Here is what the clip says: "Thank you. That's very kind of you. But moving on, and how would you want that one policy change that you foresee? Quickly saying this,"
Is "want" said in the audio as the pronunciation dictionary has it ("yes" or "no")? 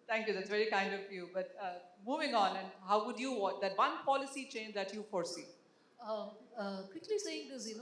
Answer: no